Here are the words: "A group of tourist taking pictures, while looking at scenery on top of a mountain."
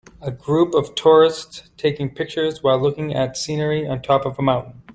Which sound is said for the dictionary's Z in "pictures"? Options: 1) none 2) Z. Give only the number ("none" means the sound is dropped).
2